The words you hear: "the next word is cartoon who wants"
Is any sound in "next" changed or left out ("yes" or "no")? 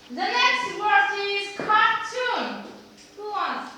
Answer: no